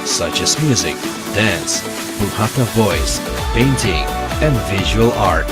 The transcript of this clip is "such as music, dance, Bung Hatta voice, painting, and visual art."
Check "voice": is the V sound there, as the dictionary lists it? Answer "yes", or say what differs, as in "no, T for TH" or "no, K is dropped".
yes